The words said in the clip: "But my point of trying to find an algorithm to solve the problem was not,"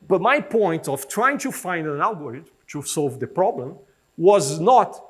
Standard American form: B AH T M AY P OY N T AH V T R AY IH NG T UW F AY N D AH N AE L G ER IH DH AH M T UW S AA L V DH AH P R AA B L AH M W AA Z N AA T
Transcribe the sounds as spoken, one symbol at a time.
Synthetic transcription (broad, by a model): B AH T M AY P OY N T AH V T R AY IH NG T UW F AY N D AH N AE L G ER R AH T T UW S AA L V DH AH P R AA B L AH M W AA Z N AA T